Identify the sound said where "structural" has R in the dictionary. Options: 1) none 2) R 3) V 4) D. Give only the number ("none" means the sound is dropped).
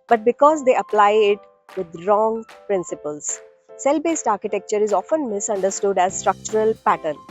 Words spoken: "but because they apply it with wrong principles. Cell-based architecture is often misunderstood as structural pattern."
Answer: 2